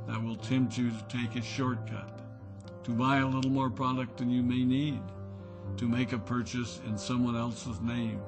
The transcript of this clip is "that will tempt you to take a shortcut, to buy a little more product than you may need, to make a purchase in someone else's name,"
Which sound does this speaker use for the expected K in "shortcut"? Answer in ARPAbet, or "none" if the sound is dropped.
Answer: K